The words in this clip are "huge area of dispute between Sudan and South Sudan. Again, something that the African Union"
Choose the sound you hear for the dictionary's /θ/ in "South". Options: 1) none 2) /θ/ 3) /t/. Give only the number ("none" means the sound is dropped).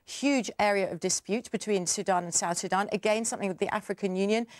2